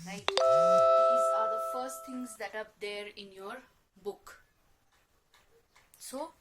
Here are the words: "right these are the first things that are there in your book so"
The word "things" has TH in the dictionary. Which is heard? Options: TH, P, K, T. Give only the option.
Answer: T